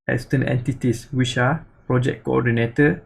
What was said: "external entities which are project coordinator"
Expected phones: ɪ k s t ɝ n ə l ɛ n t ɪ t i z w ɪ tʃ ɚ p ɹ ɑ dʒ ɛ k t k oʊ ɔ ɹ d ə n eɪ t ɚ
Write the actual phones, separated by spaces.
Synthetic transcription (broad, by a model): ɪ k s t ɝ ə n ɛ n t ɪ t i s w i ʃ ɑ p ɹ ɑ dʒ ɛ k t k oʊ ɔ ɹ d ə n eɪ t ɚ